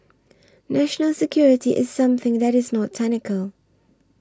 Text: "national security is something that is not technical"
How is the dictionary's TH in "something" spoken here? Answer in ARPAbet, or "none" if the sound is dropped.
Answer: TH